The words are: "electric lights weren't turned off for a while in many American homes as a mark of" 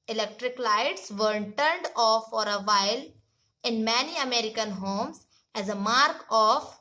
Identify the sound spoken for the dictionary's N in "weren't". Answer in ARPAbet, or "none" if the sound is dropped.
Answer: none